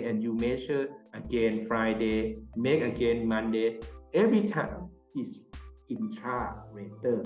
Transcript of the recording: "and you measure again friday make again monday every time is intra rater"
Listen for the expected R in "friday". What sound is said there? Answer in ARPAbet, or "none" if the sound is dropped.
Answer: R